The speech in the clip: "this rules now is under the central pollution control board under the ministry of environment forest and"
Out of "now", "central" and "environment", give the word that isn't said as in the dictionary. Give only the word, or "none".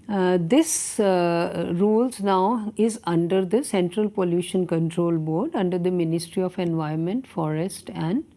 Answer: environment